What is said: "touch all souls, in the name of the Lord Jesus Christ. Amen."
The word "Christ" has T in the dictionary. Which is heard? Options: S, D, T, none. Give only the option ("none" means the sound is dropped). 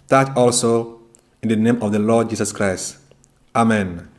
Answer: T